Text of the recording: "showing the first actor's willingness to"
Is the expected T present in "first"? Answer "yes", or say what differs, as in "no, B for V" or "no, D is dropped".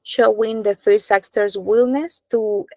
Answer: no, T is dropped